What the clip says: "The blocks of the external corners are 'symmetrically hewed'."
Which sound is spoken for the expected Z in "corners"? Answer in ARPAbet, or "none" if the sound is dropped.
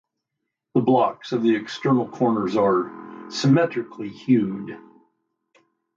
Z